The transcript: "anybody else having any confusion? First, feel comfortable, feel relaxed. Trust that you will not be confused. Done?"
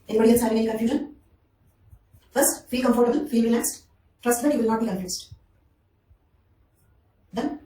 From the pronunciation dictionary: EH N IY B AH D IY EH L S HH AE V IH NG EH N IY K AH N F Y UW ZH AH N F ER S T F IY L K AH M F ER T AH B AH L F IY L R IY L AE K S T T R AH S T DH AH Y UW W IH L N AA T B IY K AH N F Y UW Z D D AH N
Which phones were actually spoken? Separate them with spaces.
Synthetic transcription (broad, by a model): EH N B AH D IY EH N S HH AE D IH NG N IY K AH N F Y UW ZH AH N F ER S T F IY K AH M F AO T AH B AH L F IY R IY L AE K S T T R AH S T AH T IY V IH L N AA T B IY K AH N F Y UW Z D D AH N